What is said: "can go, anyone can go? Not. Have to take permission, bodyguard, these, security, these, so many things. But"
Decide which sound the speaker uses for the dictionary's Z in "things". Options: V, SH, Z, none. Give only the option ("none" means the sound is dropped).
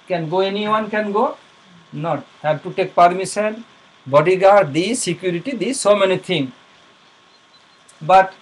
none